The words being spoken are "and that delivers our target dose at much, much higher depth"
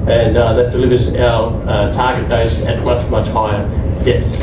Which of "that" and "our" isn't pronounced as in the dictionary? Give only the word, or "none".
our